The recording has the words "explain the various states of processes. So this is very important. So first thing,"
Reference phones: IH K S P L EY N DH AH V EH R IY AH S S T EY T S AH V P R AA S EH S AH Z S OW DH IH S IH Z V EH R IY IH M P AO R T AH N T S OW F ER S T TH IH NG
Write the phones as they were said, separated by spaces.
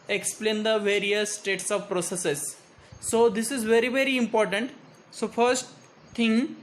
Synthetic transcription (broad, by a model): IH K S P L EY N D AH V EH R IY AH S S T EY T S AH V P R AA S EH S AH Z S OW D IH S IH Z V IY R IY IH M P AO R T AH N T S OW F ER S T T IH NG